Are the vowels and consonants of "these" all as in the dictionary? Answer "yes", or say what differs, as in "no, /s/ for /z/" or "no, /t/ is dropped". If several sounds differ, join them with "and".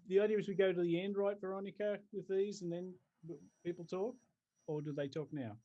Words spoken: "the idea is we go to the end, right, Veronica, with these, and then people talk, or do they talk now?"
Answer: yes